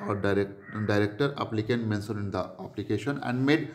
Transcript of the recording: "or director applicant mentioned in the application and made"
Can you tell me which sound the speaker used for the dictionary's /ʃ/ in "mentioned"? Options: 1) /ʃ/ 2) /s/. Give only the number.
2